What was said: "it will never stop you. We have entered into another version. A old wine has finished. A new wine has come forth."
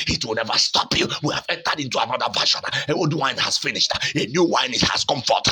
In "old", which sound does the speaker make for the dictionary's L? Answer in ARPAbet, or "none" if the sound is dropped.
W